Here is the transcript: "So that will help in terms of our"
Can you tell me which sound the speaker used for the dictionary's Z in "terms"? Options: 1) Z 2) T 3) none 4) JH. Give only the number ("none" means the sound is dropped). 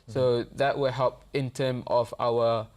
3